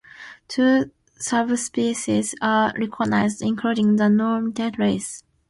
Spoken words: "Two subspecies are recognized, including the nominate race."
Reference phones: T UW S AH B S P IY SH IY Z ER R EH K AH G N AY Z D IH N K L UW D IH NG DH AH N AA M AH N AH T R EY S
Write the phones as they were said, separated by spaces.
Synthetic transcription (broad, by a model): T UW S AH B S P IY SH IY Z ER R EH K AH G N AY Z D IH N K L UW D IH NG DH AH N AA M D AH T R EY S